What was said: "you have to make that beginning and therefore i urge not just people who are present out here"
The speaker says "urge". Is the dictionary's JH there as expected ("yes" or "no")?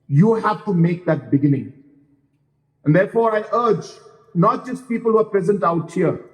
yes